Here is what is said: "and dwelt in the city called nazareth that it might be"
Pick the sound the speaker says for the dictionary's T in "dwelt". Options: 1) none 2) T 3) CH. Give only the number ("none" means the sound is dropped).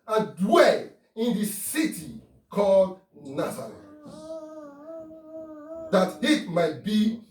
1